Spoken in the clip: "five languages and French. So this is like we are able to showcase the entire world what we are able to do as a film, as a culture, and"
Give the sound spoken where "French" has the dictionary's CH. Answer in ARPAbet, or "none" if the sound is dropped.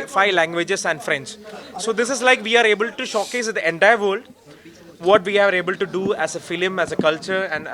S